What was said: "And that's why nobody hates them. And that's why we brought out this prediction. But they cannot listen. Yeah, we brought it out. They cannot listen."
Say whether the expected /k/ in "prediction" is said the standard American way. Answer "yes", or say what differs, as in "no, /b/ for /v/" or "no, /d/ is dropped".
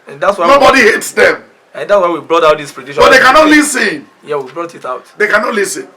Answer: no, /k/ is dropped